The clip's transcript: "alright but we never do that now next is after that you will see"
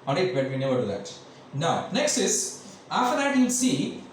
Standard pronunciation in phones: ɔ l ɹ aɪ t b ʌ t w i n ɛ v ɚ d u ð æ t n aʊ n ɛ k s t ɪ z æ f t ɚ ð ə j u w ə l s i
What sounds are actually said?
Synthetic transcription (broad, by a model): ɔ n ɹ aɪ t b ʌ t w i n ɛ v ɚ d u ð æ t n aʊ n ɛ k s t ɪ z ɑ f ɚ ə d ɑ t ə n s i